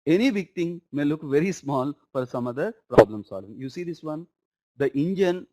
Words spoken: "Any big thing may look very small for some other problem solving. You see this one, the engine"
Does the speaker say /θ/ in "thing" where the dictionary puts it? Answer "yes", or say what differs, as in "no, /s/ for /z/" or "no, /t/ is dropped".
no, /t/ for /θ/